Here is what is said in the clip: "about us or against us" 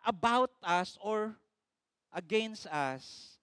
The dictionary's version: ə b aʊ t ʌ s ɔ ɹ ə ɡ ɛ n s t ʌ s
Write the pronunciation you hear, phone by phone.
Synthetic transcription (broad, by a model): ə b aʊ t ʌ s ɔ ɹ ə ɡ ɛ n s t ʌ s